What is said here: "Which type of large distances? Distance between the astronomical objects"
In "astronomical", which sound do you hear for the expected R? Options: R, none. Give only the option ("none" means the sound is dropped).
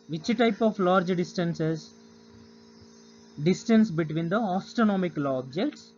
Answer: none